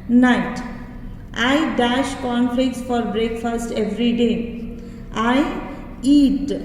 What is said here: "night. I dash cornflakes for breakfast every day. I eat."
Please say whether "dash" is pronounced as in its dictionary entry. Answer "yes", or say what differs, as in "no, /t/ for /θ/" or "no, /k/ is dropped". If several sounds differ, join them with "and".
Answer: yes